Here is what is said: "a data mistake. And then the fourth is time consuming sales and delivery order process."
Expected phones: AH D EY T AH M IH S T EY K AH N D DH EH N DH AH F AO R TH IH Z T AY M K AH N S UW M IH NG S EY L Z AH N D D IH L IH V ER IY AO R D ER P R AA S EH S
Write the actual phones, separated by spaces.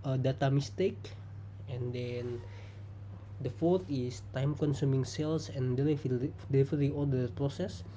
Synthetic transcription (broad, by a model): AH D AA T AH M IH S T EY K AH N D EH N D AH F AO R T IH S T AY M K AH N S UW M IH NG S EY L S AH N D D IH L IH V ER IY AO L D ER P R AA S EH S